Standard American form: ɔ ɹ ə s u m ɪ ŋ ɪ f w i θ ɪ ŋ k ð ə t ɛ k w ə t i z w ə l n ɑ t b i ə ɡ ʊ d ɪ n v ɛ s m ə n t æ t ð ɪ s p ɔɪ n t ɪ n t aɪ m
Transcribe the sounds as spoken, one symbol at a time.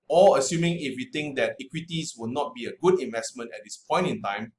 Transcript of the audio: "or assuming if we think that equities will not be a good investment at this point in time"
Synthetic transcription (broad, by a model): ɔ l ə s u m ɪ ŋ ɪ f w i t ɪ ŋ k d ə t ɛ k w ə t i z w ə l n ɑ t b i ə ɡ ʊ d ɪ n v ɛ s m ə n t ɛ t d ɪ s p ɔɪ n t ɪ n t aɪ m